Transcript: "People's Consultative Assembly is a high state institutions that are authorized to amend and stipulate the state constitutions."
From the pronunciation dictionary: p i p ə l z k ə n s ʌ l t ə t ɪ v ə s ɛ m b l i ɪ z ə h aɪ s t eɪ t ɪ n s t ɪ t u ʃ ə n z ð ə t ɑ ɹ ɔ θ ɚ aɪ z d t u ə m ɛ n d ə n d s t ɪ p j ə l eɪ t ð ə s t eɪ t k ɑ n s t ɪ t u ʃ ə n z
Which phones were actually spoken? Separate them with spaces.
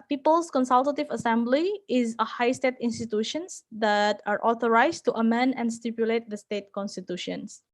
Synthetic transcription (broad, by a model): p i p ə l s k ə n s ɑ l t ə t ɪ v ə s ɛ m b l i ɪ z ə h aɪ s t eɪ t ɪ n s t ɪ t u ʃ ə n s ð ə t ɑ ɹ ɔ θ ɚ aɪ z t u ə m ɛ n d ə n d s t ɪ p j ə l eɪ t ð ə s t eɪ t k ɑ n s t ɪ t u ʃ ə n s